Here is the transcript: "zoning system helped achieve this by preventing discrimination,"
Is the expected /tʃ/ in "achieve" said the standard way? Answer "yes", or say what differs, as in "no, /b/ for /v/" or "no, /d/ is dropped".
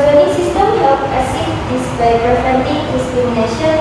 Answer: no, /s/ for /tʃ/